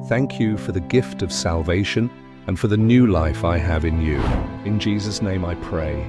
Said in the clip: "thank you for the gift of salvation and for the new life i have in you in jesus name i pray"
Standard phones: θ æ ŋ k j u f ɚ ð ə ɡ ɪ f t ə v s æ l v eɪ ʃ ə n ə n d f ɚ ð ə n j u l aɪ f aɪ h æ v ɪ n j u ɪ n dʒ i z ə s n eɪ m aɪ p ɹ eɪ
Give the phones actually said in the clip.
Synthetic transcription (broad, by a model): θ æ ŋ k j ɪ f ɚ ð ə ɡ ɪ f t ə v s æ l v eɪ ʃ ə n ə n f ɚ ð ə n j u l aɪ f aɪ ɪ v ɪ n j u ɪ n dʒ i z ə s n eɪ m aɪ p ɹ eɪ